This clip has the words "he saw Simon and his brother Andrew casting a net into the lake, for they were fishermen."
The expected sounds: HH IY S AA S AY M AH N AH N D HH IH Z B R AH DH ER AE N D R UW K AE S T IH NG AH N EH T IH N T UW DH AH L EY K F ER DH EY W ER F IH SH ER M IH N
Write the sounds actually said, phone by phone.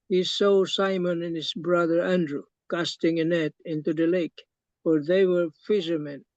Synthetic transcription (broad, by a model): HH IY S AA S AY M AH N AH N HH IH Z B R AH DH ER AE N D R UW K AE S T IH NG AH N EH T IH N T UW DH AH L EY K F ER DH EY W ER F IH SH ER M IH N